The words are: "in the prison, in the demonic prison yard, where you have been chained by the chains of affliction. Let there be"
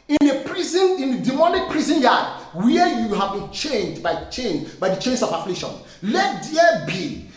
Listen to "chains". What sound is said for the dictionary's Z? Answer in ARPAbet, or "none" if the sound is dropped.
S